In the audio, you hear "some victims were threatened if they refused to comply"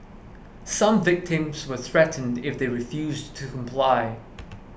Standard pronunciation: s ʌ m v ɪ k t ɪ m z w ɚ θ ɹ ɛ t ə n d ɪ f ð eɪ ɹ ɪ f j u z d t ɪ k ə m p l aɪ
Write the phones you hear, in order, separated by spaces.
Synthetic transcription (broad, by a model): s ʌ m v ɪ k t ɪ m z w ɚ θ ɹ ɛ t n d ɪ f ð eɪ ɹ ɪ f j u z t ɪ k ə m p l aɪ